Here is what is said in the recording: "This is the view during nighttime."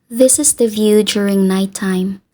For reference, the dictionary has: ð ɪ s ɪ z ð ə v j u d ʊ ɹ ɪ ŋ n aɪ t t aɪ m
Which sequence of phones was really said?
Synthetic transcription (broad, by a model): ð ɪ s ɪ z ð ə v j u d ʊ ɹ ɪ ŋ n aɪ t t aɪ m